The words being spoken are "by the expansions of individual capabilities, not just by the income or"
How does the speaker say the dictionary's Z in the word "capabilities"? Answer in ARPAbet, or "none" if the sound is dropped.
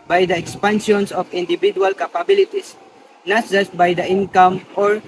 S